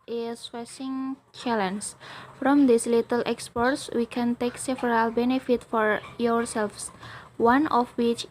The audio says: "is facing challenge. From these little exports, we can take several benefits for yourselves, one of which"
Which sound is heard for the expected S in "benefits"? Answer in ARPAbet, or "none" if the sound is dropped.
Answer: none